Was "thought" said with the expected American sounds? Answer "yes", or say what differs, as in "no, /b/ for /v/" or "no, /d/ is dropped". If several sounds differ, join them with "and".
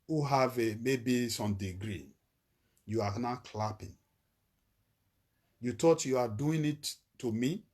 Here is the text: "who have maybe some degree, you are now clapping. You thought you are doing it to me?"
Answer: no, /t/ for /θ/